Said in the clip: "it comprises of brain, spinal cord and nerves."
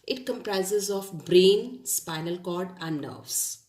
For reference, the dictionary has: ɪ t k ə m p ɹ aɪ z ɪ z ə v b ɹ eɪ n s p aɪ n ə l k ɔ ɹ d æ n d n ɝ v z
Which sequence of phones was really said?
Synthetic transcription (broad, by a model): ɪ t k ə m p ɹ aɪ z ɪ z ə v b ɹ eɪ n s p aɪ n ə l k ɔ ɹ d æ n d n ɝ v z